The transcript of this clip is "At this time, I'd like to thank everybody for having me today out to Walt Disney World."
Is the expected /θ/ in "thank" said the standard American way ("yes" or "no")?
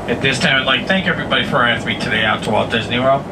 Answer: yes